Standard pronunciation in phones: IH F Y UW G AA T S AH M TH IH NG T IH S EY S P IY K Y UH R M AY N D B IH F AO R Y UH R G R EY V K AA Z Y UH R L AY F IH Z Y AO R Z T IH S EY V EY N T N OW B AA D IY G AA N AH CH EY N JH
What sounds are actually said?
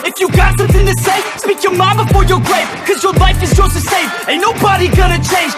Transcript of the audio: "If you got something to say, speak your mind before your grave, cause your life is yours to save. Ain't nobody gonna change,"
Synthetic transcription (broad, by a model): IH F Y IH G AA T S AH M TH IH NG T IH S EY S P IY K Y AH R M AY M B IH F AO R Y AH R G R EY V K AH Z Y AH R L AY F IH Z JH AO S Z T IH S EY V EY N N OW B AA D IY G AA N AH CH EY N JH